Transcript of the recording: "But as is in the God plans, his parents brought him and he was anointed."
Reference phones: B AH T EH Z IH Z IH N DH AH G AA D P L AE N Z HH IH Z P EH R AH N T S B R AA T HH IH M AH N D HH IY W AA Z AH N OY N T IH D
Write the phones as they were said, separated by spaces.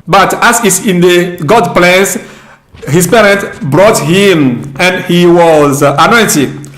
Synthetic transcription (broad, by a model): B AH T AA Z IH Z IH N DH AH G AA D P L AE N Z HH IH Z P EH R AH N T B R AA T HH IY M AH N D HH IY W AA Z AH N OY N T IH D